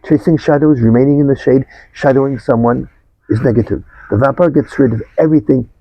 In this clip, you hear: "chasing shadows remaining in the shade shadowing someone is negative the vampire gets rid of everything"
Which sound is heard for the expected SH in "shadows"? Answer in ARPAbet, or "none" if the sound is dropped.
SH